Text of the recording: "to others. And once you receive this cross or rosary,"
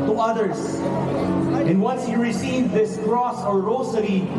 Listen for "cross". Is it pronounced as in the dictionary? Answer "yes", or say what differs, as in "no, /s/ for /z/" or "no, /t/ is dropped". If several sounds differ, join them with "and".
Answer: yes